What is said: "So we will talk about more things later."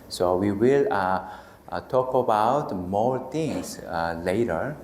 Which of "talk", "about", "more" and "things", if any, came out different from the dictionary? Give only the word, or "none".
things